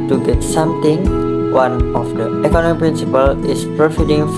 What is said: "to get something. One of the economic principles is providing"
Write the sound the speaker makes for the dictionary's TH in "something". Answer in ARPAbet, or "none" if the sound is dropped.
T